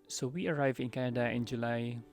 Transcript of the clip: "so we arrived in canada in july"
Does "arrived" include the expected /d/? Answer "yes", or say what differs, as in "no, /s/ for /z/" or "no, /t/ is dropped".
no, /d/ is dropped